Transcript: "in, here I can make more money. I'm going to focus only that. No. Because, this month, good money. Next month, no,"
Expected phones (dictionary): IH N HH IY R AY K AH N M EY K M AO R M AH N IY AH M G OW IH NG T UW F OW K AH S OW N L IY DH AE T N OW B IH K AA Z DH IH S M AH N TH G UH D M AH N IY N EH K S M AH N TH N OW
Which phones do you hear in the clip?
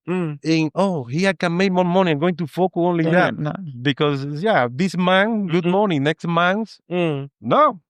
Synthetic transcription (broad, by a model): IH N HH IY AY K AH N M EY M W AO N M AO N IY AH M G OW IH NG T UW F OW K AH OW N L IY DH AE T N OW B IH K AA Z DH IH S M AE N G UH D M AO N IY N EH K S M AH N S N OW